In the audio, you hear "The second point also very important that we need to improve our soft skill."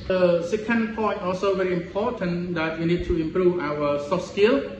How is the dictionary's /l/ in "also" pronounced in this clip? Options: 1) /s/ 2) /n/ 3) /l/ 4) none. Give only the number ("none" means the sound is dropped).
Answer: 4